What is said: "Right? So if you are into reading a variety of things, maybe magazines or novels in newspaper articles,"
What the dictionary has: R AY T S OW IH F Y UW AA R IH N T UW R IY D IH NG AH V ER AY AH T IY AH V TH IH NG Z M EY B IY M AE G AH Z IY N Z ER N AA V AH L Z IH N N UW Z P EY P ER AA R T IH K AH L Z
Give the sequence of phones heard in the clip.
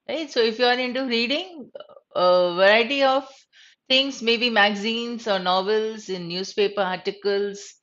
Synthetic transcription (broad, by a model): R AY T S OW IH F Y UW AA R IH N T UW R IY D IH NG AH V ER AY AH T IY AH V T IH NG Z M EY B IY M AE G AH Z IY N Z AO N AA V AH L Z IH N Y UW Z P EY P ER AA R T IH K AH L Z